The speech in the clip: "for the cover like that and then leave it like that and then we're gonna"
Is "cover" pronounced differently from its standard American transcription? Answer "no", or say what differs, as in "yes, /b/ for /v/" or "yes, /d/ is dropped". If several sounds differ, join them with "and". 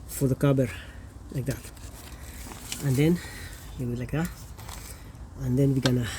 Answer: yes, /b/ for /v/